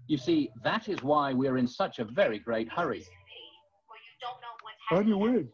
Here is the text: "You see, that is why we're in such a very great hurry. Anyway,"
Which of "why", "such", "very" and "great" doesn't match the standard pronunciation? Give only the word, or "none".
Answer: none